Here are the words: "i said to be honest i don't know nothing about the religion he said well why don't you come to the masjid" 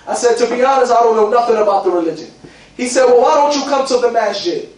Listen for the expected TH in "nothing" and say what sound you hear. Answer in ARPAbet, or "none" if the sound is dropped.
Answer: TH